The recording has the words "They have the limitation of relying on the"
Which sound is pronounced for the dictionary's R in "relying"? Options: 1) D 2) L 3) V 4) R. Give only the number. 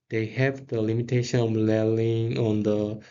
2